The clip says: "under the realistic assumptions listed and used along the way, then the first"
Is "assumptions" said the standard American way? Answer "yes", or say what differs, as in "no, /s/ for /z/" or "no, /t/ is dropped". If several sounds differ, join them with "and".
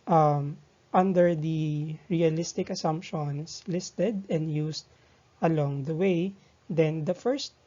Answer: no, /s/ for /z/